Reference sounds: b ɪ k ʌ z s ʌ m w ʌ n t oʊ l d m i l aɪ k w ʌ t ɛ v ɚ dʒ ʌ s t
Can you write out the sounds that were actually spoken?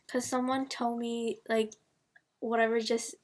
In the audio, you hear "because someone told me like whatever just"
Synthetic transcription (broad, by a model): k ʌ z s ʌ m w ʌ n t oʊ l d m i l aɪ k w ʌ t ɛ v ɚ dʒ ʌ s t